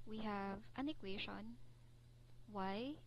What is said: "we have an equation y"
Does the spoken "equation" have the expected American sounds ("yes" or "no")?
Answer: no